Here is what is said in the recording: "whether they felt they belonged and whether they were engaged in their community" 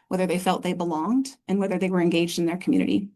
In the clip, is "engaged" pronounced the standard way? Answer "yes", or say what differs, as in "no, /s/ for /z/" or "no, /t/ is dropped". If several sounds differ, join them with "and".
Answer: yes